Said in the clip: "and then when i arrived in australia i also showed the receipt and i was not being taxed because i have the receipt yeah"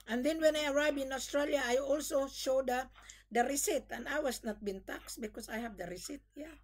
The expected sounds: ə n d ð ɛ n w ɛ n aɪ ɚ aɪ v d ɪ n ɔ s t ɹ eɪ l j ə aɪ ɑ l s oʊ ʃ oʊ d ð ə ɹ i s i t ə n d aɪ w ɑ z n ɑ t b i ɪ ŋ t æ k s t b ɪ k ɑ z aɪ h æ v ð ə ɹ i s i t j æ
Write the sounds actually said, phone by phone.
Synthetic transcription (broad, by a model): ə n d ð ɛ n w ɛ n aɪ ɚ aɪ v ɪ n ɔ s t ɹ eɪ l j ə aɪ ɑ l s oʊ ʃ oʊ d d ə ɹ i s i t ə n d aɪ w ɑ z n ɑ t b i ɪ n t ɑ k s b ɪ k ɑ s aɪ h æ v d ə ɹ i s i t j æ